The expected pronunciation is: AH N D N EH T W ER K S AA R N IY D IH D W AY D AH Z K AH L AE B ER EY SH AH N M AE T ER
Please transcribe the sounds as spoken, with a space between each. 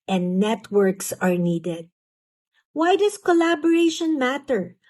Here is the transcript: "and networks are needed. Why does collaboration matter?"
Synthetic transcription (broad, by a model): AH N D N EH T W ER K S AA R N IY D IH D W AY D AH S K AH L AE B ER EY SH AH N M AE T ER